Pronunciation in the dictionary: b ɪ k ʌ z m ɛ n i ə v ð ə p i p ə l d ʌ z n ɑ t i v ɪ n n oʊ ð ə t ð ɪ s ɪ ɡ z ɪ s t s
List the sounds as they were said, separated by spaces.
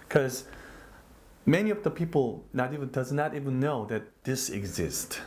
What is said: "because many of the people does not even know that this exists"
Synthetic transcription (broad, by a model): k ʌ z m ɛ n i ə v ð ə p i p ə n d ʌ z n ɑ t i v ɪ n n oʊ ð ə t ð ɪ s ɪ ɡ z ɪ s t